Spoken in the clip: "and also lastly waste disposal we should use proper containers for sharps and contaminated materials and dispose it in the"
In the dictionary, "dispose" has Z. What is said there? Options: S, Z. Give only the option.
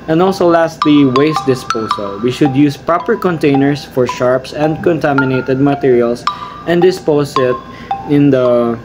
S